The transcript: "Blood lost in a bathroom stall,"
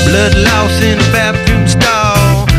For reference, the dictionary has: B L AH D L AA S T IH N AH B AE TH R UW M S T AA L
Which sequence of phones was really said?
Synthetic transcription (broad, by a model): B L AH D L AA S IH N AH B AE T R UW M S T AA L